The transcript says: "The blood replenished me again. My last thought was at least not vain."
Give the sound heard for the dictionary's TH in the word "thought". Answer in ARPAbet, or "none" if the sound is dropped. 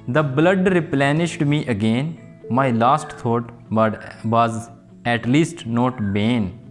T